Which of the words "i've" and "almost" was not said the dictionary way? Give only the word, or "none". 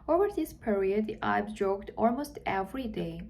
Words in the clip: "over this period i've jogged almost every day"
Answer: i've